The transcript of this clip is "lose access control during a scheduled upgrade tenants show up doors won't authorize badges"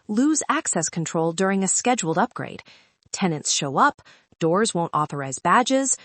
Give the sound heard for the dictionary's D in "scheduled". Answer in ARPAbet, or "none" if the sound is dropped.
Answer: D